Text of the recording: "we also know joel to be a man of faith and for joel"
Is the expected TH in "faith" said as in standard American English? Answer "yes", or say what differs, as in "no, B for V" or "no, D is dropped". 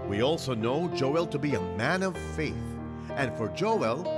yes